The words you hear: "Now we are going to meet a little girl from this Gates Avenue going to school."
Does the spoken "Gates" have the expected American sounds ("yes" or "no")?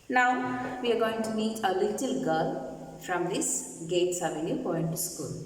yes